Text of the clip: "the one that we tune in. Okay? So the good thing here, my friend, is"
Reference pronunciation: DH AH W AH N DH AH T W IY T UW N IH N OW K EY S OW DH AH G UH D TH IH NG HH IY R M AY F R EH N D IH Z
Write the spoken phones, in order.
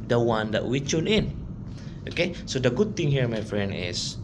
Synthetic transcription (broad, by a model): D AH W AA N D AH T W IY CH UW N IH N OW K EY S OW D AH G UH D T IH NG HH IY R M AY F R EH N D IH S